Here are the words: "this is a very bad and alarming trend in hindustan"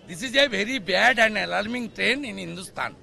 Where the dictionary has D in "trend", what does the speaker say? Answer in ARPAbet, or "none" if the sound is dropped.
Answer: none